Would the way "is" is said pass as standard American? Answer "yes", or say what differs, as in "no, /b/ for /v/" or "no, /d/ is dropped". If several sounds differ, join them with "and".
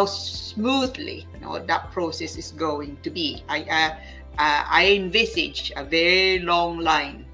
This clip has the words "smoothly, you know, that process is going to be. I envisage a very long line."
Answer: no, /s/ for /z/